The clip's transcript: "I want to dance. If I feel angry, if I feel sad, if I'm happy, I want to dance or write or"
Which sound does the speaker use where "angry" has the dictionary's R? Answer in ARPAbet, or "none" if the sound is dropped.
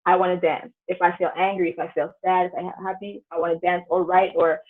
R